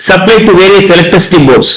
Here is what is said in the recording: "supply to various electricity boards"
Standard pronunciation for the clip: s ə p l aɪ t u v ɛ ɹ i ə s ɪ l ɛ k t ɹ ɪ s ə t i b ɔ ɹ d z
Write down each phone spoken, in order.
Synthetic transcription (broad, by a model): s ə p l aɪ t u v ɛ ɹ i ə s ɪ l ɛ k t ʌ s t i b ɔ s